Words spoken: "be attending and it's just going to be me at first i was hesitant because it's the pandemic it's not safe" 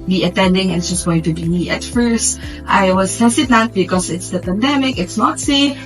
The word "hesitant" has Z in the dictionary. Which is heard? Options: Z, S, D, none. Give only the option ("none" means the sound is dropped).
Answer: S